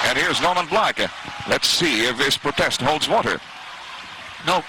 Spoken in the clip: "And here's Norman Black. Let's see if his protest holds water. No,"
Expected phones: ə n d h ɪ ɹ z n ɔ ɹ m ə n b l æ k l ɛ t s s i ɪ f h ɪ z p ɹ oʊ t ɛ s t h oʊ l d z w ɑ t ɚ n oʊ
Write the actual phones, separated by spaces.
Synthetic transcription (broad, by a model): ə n h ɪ ɹ z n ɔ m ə n b l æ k l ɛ t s s i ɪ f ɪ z p ɹ oʊ t ɛ s t h oʊ l d z w ɑ t ɚ n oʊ